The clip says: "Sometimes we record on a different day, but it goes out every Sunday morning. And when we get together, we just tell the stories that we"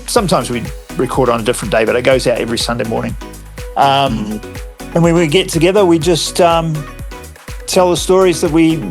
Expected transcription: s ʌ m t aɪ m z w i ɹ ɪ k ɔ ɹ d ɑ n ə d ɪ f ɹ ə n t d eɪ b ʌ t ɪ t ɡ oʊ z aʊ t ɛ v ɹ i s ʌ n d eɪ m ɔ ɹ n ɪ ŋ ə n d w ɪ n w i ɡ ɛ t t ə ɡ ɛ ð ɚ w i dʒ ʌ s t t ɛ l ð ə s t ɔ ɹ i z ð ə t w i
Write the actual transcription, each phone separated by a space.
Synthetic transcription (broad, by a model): s ʌ m t aɪ m z w i ɹ ɪ k ɔ ɹ d n ə d ɪ f ɹ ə n d eɪ b ʌ t ɪ t ɡ oʊ z aʊ t ɛ v ɹ i s ʌ n d eɪ m ɔ ɹ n ɪ ŋ ə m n w ɪ n w i ɡ ɛ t t ə ɡ ɛ ð ɚ w i dʒ ʌ s t t ɛ l ð ə s t ɔ ɹ i z ð ə t w i